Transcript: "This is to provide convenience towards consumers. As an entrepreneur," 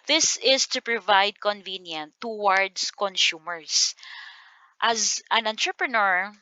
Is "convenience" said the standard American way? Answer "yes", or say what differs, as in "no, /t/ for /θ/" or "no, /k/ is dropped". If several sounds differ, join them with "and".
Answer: no, /s/ is dropped